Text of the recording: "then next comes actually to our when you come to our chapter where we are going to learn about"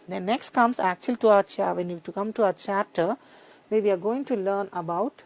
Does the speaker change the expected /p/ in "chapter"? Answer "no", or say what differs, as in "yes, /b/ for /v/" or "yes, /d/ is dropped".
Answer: yes, /p/ is dropped